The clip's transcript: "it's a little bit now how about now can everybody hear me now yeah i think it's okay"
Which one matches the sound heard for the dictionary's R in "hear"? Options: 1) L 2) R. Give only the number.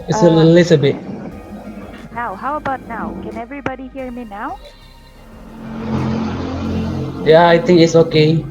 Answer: 2